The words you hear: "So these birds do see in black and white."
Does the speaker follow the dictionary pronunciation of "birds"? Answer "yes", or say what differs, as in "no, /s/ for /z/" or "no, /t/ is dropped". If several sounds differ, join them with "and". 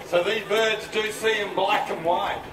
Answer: yes